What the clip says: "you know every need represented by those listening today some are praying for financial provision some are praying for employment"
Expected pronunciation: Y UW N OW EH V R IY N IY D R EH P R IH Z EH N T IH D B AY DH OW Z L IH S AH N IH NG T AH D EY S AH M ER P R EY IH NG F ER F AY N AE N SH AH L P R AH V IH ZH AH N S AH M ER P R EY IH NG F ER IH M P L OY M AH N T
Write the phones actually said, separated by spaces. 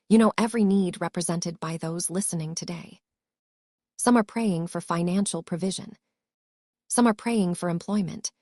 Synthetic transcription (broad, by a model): Y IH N OW EH V R IY N IY D R EH P R IH Z EH N T IH D B AY DH OW Z L IH S AH N IH NG T AH D EY S AH M ER P R EY IH NG F ER F AY N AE N SH L P R AH V IH ZH AH N S AH M ER P R EY IH NG F ER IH M P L OY M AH N T